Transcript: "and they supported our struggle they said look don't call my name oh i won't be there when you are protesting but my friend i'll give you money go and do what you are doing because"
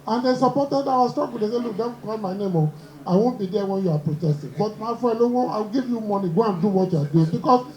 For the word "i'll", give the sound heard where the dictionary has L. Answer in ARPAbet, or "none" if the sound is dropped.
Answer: W